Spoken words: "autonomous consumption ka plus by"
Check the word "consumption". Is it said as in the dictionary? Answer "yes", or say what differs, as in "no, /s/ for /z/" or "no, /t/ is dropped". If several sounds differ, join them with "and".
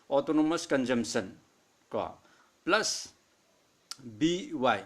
no, /s/ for /ʃ/